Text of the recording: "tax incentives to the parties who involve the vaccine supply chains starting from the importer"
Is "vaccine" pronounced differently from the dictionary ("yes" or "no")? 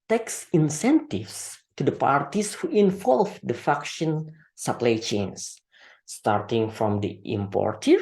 yes